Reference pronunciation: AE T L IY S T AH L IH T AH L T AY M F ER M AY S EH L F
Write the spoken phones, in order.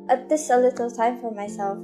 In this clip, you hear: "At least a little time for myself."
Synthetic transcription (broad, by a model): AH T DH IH S AH L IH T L T AY M F ER M AY S EH L F